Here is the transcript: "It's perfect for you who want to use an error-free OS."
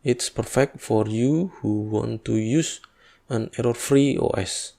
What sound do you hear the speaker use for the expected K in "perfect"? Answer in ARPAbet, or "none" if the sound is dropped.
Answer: K